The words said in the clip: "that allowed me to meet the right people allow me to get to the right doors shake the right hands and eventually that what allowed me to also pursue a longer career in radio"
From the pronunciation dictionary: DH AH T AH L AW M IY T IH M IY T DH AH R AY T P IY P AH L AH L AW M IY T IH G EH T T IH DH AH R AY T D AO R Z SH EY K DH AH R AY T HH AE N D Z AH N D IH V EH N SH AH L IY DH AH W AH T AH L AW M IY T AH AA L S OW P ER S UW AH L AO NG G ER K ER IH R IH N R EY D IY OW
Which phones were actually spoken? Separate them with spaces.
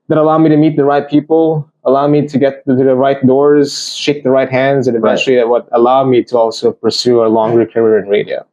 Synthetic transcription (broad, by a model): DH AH T AH L AW M IY T IH M IY T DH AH R AY T P IY P L AH L AW M IY T IH G EH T T IH DH AH R AY T D AO R Z SH EY K DH AH R AY T HH AE N D Z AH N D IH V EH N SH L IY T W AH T AH L AW M IY T AH AA L S OW P ER S UW AH L AO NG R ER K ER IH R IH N R EY D IY OW